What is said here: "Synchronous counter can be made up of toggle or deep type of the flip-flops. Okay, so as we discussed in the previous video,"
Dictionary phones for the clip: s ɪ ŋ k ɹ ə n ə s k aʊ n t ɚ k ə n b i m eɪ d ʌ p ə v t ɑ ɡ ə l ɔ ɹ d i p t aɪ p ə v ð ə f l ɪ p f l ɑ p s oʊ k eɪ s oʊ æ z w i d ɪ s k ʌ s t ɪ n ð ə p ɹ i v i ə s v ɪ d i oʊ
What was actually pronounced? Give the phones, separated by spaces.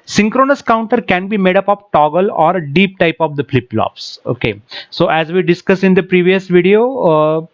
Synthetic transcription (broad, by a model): s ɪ ŋ k ɹ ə n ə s k aʊ n t ɚ k ə n b i m eɪ d ʌ p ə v t ɑ ɡ ə l ɔ ɹ d i p t aɪ p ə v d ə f l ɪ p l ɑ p s oʊ k eɪ s oʊ æ z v i d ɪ s k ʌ s ɪ n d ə p ɹ i v i ə s v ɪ d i oʊ